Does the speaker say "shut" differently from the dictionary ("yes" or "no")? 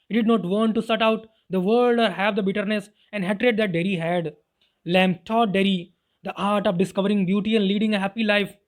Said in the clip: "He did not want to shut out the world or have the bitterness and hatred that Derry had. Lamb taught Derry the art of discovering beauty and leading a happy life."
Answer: yes